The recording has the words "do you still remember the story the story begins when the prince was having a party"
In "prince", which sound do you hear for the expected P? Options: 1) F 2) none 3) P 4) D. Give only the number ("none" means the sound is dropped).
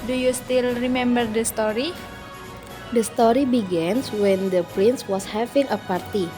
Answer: 3